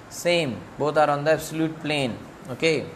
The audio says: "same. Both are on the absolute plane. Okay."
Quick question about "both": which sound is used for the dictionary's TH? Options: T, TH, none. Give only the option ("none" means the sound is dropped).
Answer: T